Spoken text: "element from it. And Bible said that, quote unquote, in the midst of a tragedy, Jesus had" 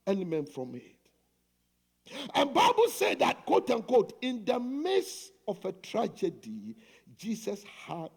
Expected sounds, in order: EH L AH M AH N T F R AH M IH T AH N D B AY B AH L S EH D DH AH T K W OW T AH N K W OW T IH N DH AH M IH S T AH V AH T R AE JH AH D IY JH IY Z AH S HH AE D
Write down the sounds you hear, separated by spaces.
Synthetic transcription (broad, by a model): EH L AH M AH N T F R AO M IH T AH N B AY B AH L S EH D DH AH T K W OW T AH N K W OW T IH N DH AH M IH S AH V AH T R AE JH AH D IY JH IY S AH S HH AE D